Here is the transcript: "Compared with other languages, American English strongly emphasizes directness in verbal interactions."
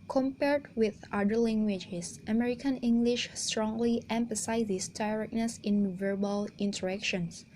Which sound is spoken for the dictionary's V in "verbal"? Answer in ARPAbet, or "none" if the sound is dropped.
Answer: V